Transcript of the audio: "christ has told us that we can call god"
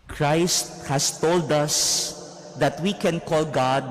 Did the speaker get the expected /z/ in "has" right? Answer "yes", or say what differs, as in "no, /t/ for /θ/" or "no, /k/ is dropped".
no, /s/ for /z/